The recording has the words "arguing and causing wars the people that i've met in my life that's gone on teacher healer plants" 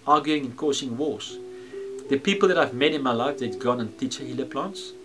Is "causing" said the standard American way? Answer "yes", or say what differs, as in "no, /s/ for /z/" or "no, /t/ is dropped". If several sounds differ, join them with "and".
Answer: no, /s/ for /z/